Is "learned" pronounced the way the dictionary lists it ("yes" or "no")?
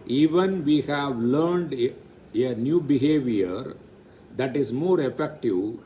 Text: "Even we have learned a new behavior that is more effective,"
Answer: yes